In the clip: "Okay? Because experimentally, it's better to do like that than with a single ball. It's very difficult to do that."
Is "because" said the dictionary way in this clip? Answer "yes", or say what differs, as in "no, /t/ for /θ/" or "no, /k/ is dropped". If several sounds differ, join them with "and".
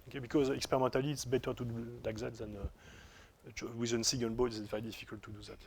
yes